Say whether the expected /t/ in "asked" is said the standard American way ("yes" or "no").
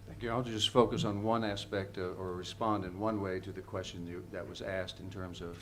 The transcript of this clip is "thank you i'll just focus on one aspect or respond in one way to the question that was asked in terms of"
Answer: yes